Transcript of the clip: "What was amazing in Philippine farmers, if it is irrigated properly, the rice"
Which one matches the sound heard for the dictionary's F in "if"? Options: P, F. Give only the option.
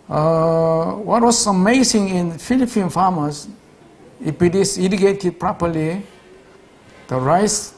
P